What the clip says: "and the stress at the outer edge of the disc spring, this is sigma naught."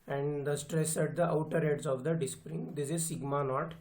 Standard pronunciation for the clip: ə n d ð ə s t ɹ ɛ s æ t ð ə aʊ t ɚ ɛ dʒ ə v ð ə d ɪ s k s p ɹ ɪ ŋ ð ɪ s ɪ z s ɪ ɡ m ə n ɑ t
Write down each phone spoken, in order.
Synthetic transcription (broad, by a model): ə n d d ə s t ɹ ɛ s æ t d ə aʊ t ɚ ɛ z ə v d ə d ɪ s s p ɹ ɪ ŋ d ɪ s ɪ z s ɪ ɡ m ə n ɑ t